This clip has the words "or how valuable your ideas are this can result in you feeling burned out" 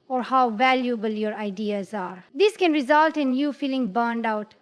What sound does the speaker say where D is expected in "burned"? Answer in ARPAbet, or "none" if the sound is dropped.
D